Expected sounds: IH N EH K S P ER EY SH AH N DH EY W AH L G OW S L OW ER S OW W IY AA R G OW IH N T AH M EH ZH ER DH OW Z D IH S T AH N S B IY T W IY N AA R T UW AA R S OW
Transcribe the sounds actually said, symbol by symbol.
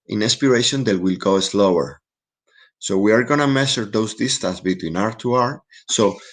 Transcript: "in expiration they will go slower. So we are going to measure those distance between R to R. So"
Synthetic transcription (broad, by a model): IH N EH S P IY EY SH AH N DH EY W AH L G OW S L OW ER S OW W IY AA R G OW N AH M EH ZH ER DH OW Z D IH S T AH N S B IY T W IY N AA R T UW AA R S OW